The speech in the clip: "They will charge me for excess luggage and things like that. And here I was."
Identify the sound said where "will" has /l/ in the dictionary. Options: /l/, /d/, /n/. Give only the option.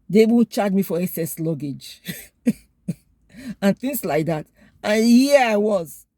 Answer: /n/